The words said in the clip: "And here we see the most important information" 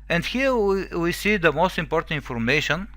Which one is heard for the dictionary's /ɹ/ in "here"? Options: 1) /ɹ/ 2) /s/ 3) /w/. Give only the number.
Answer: 3